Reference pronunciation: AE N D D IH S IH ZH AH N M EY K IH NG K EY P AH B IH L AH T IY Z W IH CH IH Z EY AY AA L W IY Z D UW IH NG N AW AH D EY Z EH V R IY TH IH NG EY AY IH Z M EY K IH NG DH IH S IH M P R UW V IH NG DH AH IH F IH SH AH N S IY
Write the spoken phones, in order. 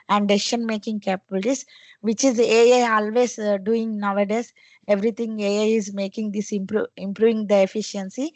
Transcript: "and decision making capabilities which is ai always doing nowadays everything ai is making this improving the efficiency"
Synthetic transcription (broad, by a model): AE N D D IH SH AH N M EY K IH NG K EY P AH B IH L T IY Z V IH CH IH Z EY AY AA L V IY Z D UW IH NG N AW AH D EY S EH V R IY T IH NG EY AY IH Z M EY K IH NG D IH S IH M P R UW V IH NG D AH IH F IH SH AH N S IY